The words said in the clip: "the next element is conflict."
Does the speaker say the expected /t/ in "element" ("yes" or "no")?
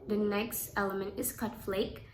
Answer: yes